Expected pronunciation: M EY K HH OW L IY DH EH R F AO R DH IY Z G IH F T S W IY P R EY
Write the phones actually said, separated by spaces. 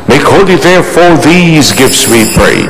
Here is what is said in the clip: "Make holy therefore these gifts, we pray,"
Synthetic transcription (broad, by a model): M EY K HH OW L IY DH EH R F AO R DH IY Z G IH F T S W IY P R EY